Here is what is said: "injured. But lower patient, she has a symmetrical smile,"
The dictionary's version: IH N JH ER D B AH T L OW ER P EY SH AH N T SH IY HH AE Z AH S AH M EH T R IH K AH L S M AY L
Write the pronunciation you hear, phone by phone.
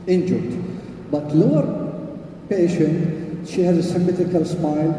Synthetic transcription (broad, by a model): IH N JH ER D B AH T L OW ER P EY SH AH N T SH IY HH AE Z AH S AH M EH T IH K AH L S M AY L